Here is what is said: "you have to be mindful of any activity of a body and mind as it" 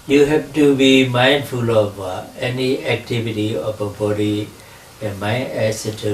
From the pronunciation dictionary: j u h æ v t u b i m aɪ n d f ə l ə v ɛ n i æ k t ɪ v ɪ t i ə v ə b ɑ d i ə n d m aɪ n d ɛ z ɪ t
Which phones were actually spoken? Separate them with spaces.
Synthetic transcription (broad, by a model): j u h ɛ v t u b i m aɪ n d f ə l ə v ɛ n i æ k t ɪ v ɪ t i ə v ə b ɑ d i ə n m aɪ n ɛ s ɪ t